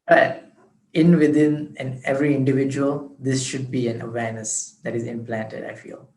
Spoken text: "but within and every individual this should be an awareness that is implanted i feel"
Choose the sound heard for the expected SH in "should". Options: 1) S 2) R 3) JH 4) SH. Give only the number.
4